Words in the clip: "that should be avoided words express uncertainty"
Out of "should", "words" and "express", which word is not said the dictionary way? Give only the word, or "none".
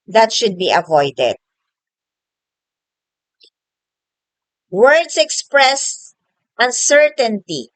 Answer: words